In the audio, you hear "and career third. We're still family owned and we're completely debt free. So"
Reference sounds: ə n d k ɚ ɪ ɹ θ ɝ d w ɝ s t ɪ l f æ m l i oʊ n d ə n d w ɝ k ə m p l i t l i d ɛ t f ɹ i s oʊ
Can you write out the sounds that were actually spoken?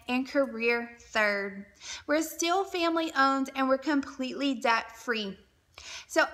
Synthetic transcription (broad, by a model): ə n k ɚ ɪ ɹ θ ɝ d w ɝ s t ɪ l f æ m l i oʊ n d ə n w ɝ k ə m p l i t l i d ɛ t f ɹ i s oʊ